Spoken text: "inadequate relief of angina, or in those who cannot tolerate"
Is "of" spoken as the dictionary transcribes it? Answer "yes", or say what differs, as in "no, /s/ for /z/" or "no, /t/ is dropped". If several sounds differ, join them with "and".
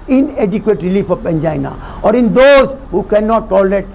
no, /p/ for /v/